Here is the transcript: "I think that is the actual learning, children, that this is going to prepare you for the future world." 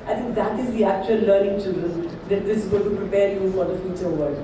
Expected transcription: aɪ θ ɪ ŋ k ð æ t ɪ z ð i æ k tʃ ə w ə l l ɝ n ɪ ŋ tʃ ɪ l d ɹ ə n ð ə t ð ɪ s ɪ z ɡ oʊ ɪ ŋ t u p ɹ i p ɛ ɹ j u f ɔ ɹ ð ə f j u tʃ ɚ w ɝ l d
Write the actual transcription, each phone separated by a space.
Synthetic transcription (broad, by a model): aɪ t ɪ ŋ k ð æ t ɪ z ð i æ k tʃ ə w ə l l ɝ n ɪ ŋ tʃ ɪ l d ɹ ə n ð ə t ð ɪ s ɪ z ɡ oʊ t u p ɹ i p ɛ ɹ j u f ɔ ɹ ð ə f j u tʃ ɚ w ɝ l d